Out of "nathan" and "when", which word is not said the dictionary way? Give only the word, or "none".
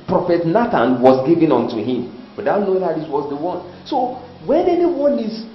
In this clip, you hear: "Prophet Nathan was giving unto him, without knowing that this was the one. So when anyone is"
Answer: nathan